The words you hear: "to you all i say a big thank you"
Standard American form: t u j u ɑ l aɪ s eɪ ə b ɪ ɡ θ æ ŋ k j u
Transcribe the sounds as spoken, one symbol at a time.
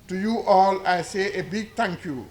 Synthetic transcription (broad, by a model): t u j u ɑ l aɪ s eɪ ə b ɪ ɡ t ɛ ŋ k j u